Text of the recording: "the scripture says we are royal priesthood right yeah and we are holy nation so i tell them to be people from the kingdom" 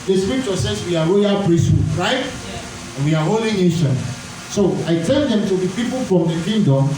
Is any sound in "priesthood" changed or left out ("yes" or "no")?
no